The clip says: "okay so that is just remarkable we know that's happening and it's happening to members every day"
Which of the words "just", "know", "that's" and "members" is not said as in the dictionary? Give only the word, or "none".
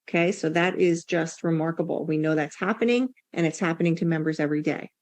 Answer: none